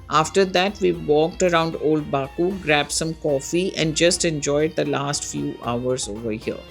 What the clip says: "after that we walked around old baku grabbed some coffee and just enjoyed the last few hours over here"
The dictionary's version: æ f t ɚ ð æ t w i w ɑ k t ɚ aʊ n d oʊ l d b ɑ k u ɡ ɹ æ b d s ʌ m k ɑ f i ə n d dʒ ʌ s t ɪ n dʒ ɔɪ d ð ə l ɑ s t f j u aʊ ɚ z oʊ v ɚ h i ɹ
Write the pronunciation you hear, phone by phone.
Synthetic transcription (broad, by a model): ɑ f t ɚ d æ t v i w ɑ k t ɚ aʊ n d oʊ l d b ɑ k u ɡ ɹ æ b s ʌ m k ɑ f i ə n d dʒ ʌ s t ɪ n dʒ ɔɪ d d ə l ɑ s t f j u aʊ ɚ z oʊ v ɚ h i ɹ